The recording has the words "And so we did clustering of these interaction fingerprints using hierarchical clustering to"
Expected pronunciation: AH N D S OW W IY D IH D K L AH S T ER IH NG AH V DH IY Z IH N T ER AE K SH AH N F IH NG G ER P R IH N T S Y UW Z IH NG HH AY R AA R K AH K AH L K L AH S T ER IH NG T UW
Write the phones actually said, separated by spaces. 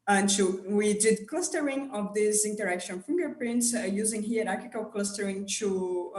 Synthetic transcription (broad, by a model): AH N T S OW W IY D IH D K L AH S T ER IH NG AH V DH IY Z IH N T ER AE K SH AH N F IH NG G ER P R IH N T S Y UW Z IH NG HH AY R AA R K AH K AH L K L AH S T ER IH NG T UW